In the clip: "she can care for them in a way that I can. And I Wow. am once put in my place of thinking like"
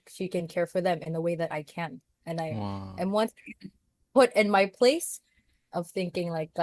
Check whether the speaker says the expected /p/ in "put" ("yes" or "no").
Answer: no